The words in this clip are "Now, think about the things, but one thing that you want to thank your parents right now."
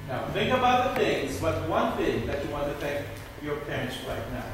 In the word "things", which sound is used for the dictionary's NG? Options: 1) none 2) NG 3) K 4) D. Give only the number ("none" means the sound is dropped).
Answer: 2